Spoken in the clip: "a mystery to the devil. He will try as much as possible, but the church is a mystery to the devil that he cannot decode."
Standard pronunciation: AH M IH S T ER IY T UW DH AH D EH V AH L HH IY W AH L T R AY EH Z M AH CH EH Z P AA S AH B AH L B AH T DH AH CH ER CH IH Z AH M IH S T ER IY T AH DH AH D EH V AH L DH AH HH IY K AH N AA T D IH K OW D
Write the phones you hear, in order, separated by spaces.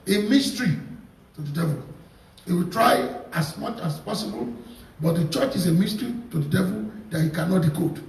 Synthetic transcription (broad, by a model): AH M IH S T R IY T UW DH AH D EH V AH L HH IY W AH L T R AY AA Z M AH CH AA S P AA S AH B AH L B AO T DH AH CH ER CH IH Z AH M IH S T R IY T AH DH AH D EH V AH L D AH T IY K AH N AA T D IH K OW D